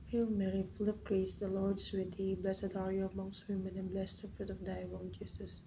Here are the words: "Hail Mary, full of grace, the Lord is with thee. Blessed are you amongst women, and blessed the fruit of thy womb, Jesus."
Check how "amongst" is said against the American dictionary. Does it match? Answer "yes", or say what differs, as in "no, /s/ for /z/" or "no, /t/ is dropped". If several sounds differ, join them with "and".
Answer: yes